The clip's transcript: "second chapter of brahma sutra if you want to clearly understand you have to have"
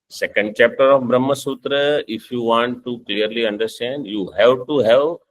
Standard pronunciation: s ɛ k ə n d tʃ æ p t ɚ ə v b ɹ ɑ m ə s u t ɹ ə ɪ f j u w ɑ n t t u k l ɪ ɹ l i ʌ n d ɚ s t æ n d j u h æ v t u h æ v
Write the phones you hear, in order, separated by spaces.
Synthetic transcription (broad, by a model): s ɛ k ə n d tʃ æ p t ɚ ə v b ɹ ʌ m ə s u t ɹ ə ɪ f j u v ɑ n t t u k l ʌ ɹ l i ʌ n d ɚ s t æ n d j u h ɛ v t u h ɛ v